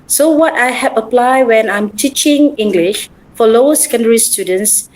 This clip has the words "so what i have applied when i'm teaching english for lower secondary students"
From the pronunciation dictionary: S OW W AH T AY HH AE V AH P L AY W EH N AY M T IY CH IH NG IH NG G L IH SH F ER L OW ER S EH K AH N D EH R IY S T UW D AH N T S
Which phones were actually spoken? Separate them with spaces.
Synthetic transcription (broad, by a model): S OW W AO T AY HH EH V AH P L AY W EH N AY M T IY CH IH NG IH NG G L IH SH F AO L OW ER S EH K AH N D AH R IY S T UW D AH N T S